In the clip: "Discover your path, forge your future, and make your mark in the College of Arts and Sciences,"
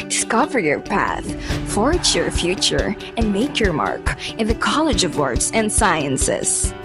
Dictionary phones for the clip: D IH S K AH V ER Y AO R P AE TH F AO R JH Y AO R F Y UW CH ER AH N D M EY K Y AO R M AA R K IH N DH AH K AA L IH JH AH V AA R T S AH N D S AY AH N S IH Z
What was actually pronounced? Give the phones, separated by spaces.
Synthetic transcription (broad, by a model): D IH S K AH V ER Y AO R P AE TH F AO R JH Y AO R F Y UW CH ER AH N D M EY K Y AO R M AA R K IH N DH AH K AA L IH JH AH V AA R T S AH N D S AY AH N S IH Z